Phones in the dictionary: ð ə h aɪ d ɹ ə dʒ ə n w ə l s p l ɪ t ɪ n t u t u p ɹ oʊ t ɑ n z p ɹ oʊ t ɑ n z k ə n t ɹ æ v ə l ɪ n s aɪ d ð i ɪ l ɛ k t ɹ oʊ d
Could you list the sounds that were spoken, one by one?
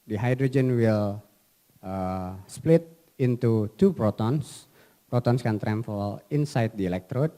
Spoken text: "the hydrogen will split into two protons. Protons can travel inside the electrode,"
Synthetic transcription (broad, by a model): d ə h aɪ d ɹ ə dʒ ə n w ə l s p l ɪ t ɪ n t u t u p ɹ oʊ t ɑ n s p ɹ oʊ t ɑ n s k ə n t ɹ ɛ f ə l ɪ n s aɪ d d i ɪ l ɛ k t ɹ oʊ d